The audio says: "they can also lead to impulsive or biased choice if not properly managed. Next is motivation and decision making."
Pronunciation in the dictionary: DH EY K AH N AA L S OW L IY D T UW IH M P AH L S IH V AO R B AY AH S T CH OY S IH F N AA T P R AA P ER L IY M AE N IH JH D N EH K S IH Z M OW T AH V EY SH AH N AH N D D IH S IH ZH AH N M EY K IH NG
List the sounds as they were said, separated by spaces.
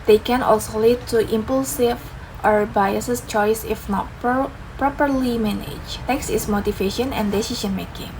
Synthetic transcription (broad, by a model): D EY K AH N AA L S OW L IY D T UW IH M P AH L S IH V AO R B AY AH S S CH OY S IH F N AA T P R AA P ER L IY M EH N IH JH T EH K S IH S M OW T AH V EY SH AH N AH N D D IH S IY SH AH N M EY K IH NG